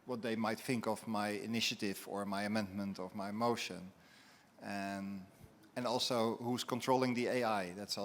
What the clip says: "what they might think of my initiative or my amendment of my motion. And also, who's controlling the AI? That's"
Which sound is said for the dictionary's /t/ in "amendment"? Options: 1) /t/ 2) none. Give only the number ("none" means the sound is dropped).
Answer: 1